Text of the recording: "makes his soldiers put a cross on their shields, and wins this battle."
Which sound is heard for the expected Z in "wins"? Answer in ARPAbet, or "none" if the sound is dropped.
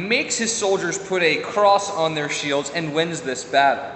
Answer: Z